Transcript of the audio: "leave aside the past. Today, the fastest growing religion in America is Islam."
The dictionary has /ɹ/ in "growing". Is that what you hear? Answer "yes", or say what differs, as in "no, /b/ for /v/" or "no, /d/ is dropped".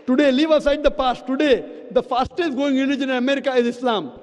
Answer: no, /ɹ/ is dropped